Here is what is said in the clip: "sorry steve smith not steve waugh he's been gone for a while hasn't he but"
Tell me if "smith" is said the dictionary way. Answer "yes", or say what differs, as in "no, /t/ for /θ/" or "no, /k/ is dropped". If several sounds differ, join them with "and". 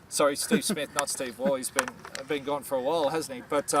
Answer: yes